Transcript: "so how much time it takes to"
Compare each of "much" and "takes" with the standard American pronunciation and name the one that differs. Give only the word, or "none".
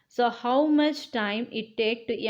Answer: takes